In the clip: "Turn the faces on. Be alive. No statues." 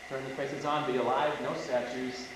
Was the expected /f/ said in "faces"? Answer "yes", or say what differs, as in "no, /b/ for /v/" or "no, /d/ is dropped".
no, /p/ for /f/